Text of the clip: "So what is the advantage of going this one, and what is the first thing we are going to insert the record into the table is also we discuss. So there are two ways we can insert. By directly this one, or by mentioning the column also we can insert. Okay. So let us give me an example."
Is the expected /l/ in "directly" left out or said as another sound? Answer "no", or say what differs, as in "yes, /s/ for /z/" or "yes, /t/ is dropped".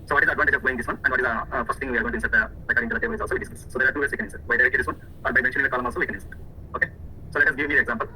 yes, /l/ is dropped